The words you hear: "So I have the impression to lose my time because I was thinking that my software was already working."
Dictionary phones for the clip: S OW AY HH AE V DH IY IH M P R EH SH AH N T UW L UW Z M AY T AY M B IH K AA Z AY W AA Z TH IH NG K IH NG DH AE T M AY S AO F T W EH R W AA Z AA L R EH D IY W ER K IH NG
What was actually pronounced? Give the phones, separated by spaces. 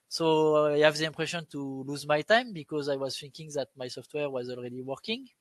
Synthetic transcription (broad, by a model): S OW AY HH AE V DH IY IH M P R EH SH AH N T UW L UW Z M AY T AY M B IH K AA Z AY W AA Z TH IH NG K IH NG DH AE T M AY S AO F T W EH R W AA Z AA L R EH D IY W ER K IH NG